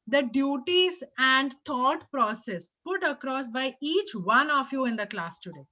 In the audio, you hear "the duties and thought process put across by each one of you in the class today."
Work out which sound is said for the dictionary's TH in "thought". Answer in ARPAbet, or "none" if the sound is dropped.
T